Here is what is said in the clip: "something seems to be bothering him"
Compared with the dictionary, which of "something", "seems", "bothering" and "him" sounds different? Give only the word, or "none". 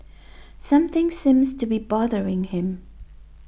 none